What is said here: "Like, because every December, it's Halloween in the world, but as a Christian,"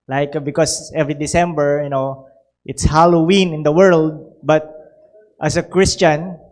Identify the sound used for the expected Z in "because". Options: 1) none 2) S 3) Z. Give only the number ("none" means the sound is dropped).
2